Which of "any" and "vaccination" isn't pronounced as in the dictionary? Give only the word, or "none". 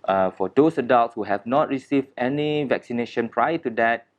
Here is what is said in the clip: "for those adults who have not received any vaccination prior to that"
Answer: none